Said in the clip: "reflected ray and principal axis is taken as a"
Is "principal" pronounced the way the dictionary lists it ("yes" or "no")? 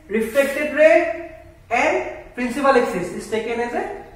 yes